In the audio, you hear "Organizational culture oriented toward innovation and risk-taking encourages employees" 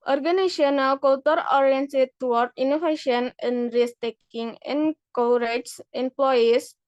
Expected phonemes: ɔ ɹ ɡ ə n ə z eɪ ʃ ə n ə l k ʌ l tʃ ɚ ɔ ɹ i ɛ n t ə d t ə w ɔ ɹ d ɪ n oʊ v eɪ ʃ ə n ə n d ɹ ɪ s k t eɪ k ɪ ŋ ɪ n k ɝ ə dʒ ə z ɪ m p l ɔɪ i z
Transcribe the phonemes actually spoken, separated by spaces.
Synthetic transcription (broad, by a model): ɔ ɹ ɡ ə n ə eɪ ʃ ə n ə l k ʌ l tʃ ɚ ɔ ɹ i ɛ n s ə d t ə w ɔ ɹ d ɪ n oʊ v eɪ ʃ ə n ə n d ɹ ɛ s t eɪ k ɪ ŋ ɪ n k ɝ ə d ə s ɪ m p l ɔɪ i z